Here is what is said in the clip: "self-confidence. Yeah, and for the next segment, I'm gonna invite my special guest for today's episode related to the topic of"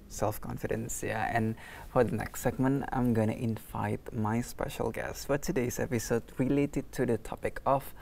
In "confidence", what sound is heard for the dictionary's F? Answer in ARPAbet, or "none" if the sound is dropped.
F